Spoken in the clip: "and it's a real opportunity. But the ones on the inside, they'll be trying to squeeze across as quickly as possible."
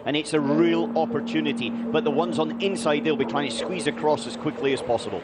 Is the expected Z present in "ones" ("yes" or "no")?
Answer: yes